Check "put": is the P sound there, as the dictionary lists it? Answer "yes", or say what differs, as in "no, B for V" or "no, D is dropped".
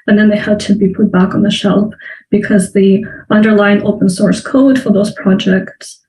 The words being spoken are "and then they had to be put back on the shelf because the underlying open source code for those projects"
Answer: yes